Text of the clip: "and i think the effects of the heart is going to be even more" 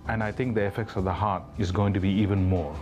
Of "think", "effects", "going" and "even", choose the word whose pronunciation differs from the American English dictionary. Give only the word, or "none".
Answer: think